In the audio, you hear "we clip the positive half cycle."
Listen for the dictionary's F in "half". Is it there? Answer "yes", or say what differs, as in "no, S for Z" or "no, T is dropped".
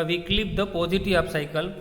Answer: no, P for F